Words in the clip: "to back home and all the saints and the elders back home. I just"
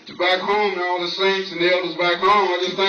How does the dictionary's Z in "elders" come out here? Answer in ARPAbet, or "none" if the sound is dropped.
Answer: Z